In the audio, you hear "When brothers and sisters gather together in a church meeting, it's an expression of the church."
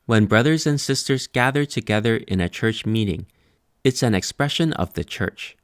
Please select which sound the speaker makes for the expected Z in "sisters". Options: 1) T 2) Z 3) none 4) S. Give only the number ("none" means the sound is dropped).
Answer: 2